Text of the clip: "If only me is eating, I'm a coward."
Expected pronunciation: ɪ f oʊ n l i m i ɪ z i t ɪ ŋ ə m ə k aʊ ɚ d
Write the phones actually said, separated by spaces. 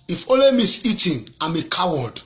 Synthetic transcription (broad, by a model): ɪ f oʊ l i m i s i t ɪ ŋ ə m ə k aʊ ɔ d